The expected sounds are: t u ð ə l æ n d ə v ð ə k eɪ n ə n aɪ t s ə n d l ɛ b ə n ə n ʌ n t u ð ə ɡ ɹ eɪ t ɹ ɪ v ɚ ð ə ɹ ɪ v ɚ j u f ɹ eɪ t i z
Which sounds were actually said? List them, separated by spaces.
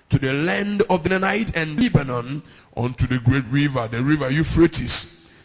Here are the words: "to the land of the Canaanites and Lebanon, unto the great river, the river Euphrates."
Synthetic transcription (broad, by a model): t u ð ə l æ n d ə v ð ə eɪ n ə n aɪ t ə n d l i b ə n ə n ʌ n t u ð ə ɡ ɹ eɪ t ɹ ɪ v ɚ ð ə ɹ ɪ v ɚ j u f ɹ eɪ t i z